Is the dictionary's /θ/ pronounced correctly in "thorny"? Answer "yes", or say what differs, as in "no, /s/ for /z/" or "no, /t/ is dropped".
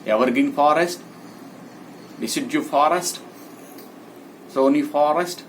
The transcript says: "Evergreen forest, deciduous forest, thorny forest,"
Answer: no, /s/ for /θ/